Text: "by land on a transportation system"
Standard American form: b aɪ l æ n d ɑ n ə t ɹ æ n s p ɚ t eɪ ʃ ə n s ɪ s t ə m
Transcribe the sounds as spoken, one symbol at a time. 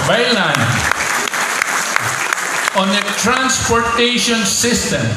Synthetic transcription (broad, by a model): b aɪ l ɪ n ɑ n ə t ɹ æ n s p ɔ t eɪ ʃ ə n s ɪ s t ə m